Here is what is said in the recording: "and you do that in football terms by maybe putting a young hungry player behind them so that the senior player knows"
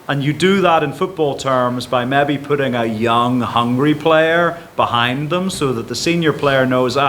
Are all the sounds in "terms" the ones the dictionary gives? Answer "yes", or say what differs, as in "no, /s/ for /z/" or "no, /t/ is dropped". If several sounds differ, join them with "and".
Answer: yes